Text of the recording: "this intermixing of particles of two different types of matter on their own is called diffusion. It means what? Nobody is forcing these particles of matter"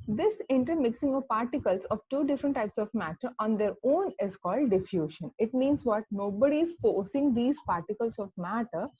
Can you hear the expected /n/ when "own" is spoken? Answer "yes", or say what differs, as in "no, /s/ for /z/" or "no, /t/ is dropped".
yes